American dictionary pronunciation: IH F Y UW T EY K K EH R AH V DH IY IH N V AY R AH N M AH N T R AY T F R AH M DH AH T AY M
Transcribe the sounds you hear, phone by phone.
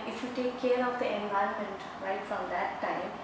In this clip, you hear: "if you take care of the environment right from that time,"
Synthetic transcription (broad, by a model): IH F Y UW T EY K K EH R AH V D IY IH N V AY AH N M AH N T R AY T F R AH M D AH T AY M